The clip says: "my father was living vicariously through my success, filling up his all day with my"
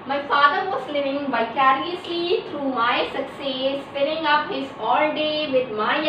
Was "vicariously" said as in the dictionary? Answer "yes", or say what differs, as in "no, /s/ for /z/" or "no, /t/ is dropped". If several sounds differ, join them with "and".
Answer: no, /b/ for /v/